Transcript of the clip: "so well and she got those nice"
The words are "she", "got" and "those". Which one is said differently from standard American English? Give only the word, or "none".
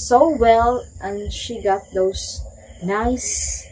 those